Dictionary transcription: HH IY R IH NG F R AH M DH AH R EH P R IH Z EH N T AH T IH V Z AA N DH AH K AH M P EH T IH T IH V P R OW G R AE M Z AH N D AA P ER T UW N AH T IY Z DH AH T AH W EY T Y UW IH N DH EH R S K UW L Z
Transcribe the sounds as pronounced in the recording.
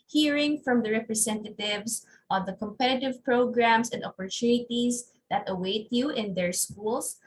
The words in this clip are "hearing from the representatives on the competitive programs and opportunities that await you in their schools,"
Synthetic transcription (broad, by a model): HH IY R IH NG F R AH M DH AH R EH P R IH S EH N T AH T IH V S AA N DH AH K AH M P EH T IH T IH V P R OW G R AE M S AH N D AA P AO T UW N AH T IY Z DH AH T AH W EY T Y UW IH N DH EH R S K UW L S